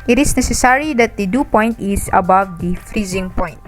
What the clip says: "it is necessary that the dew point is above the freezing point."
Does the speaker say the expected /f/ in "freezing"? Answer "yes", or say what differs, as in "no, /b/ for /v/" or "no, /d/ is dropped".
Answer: yes